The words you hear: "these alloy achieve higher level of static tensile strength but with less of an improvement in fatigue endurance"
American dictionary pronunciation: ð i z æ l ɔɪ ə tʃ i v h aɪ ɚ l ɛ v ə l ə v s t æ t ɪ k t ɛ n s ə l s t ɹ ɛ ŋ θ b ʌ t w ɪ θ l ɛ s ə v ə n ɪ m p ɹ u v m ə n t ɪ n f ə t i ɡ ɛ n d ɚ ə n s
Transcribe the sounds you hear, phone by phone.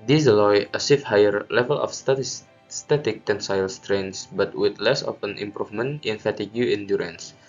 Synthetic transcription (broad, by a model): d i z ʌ l ɔɪ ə s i f h aɪ ɚ l ɛ v ə l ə f s t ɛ t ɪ k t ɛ n s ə l s t ɹ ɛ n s b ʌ t w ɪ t l ɛ s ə f ə n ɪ m p ɹ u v m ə n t ɪ n f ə t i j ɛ n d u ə n s